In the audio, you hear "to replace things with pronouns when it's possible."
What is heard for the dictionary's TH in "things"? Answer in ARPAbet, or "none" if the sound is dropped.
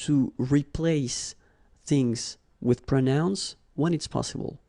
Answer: TH